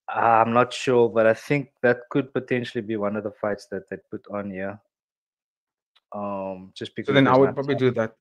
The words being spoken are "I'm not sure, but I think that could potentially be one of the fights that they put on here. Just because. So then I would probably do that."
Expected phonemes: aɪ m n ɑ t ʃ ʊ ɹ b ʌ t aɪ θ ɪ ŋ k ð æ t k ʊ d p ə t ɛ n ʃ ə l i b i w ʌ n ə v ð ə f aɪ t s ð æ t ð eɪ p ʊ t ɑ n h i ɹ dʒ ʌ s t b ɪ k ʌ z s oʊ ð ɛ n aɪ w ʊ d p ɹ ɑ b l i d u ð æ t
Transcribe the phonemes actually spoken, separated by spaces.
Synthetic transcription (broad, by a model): aɪ m n ɑ t ʃ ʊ b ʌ t aɪ θ ɪ ŋ k ð æ t k ʊ d p ə t ɛ n ʃ ə l i b i w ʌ n ə v ð ə f aɪ t s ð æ t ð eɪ p ʊ t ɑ n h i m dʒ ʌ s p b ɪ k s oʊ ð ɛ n aɪ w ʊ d p ɹ ɑ b l i d u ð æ t